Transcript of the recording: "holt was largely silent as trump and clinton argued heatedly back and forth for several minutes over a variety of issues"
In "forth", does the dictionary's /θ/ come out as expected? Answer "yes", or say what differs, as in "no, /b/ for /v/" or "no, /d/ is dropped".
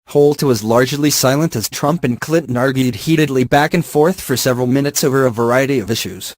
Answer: yes